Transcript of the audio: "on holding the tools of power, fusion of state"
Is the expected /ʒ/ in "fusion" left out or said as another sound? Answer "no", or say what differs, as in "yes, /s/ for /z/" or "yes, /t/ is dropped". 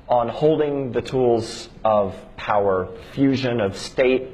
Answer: no